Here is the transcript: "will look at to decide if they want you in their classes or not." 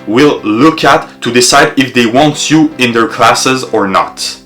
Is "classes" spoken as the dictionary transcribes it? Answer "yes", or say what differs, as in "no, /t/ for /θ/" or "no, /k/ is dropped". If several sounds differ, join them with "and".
yes